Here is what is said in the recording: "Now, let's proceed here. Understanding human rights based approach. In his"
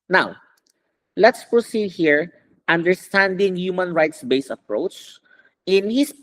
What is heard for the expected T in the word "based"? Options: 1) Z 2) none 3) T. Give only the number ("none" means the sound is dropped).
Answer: 2